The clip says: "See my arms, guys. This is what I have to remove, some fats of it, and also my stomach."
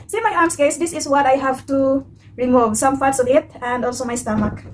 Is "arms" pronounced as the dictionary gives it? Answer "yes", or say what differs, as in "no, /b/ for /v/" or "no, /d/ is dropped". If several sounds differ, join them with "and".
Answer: no, /s/ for /z/